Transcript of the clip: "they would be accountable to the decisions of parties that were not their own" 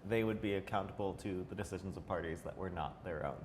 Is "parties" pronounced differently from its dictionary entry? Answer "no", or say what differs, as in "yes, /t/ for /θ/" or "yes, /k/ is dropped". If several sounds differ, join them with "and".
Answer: no